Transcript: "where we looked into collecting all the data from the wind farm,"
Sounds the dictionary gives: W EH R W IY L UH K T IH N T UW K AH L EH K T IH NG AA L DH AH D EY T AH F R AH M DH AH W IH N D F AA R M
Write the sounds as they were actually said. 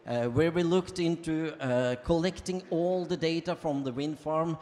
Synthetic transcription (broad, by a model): W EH R W IY L UH K T IH N T UW K AH L EH K T IH NG AA L DH AH D EY T AH F R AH M DH AH W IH N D F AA R M